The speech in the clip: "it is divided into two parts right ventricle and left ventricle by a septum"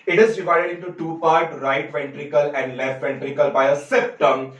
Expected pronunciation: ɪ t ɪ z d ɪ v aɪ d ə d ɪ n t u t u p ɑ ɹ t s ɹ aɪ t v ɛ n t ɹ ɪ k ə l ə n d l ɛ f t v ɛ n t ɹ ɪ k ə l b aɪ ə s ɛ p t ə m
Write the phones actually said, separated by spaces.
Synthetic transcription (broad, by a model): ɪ t ɪ z d ɪ v aɪ d ə d ɪ n t u t u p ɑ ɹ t ɹ aɪ t v ɛ n t ɹ ɪ k ə l ə n d l ɛ f t v ɛ n t ɹ ɪ k ə l b aɪ ə s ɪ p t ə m